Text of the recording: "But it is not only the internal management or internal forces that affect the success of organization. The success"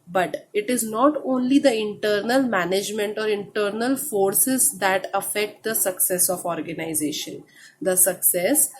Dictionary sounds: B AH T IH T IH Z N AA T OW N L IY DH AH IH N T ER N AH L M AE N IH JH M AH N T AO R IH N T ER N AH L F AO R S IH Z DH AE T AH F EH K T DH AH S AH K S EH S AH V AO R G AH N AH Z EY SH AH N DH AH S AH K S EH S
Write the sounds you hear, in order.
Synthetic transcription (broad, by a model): B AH T IH T IH Z N AA T OW N L IY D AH IH N T ER N AH L M AE N IH JH M AH N T AO R IH N T ER N AH L F AO R S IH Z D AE T AH F EH K T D AH S AH K S EH S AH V AO R G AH N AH Z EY SH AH N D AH S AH K S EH S